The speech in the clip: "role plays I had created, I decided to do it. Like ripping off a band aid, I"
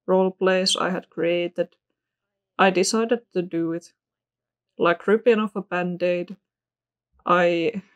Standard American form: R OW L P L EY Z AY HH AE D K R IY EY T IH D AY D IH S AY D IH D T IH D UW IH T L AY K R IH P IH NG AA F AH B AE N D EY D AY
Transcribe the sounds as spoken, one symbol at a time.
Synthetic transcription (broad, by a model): R OW L P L EY S AY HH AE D K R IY EY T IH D AY D IH S AY D IH D T IH D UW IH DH L AY K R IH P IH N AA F AH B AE N D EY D AY